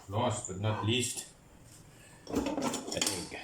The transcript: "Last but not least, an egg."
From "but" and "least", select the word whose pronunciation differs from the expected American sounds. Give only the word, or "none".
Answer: none